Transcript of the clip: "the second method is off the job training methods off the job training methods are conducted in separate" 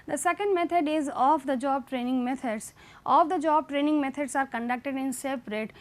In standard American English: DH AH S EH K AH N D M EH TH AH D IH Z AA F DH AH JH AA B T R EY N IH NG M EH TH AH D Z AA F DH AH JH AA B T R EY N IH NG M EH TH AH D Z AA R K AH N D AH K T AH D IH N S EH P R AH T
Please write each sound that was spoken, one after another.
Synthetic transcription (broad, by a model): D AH S EH K AH N D M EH T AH D IH Z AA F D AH JH AA B T R EY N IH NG M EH T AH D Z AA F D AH JH AA B T R EY N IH NG M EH T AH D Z AA R K AH N D AH K T AH D IH N S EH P R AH T